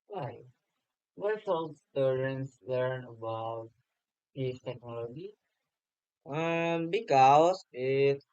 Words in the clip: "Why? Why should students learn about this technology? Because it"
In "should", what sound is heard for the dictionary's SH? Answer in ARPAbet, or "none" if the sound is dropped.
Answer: S